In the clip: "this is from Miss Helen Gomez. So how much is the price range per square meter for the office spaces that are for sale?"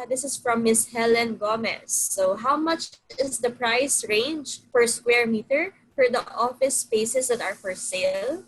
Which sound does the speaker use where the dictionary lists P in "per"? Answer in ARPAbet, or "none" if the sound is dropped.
F